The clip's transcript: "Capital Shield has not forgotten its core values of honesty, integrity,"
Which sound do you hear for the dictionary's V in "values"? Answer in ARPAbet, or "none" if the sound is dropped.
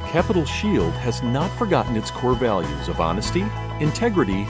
V